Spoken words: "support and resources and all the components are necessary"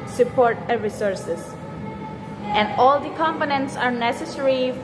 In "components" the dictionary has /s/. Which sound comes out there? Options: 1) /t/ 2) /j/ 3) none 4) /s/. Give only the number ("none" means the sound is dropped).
4